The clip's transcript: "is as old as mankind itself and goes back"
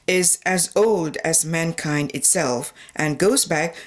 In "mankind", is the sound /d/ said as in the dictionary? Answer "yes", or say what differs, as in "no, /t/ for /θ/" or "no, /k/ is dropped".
yes